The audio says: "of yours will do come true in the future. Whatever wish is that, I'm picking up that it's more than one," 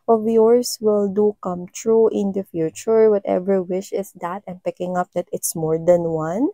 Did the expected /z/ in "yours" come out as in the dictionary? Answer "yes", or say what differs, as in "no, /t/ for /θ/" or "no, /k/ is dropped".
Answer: no, /s/ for /z/